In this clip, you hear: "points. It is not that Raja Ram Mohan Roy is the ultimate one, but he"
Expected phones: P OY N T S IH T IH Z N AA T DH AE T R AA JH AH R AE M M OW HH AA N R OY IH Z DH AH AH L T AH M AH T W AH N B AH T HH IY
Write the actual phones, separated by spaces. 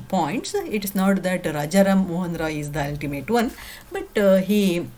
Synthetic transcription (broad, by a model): P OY N T S IH T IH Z N AA T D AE T R AA JH AH R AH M M OW HH AA N R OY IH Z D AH AH L T AH M AH T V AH N B AH T HH IY